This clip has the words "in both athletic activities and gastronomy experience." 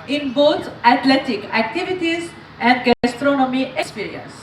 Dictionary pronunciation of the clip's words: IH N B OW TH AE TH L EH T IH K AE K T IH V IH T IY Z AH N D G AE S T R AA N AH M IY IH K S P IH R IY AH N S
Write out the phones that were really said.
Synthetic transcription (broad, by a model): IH N B OW T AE T L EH T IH K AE K T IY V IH T IY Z AH N D G AE S T R AA N AH M IY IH K S P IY R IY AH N S